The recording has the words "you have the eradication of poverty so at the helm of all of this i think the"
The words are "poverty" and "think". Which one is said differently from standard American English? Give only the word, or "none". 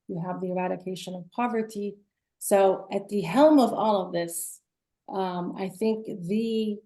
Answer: none